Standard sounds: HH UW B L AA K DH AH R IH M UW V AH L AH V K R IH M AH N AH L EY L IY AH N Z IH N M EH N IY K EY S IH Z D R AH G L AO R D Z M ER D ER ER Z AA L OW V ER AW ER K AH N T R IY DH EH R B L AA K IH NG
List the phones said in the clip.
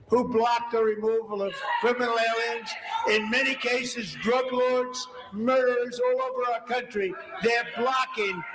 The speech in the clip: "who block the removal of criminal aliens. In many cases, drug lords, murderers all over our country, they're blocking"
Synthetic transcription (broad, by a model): HH UW B L AA K DH AH R IH M UW V AH L AH V K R IH M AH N L EY L IY AH N Z IH N M EH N IY K EY S IH Z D R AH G L AO R D Z M ER D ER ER Z AA L OW V ER AW ER K AH N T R IY DH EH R B L AA K IH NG